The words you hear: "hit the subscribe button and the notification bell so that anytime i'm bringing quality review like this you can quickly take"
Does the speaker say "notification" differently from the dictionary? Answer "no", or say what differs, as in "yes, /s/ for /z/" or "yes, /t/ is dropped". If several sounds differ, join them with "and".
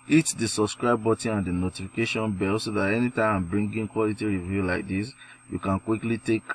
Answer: no